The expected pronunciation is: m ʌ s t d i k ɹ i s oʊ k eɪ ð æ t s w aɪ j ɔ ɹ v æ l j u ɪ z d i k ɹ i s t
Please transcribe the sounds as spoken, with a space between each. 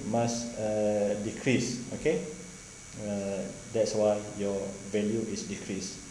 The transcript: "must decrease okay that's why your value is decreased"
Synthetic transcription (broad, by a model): m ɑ s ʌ d i k ɹ i s oʊ k eɪ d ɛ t s w aɪ j ɔ v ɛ l j u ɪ s d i k ɹ i s